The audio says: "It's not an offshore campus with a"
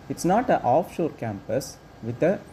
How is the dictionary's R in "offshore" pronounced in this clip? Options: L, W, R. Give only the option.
R